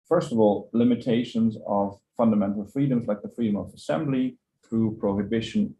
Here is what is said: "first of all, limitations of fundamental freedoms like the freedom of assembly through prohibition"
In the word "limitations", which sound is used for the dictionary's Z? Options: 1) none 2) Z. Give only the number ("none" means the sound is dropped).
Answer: 2